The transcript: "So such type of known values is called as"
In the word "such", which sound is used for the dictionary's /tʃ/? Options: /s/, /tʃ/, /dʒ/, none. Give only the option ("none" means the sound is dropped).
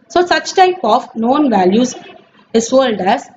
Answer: /tʃ/